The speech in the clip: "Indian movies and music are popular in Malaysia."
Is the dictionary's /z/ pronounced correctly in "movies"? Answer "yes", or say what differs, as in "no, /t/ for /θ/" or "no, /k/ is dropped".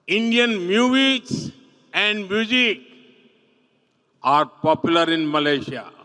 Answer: no, /s/ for /z/